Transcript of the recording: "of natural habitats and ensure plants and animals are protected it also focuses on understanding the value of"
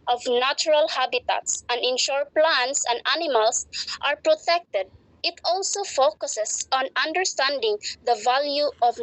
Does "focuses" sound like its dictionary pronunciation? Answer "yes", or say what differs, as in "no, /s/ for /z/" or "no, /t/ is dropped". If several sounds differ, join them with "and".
no, /s/ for /z/